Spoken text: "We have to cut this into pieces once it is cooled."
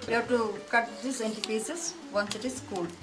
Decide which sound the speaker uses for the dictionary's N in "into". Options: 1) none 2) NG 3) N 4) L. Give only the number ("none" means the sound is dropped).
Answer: 3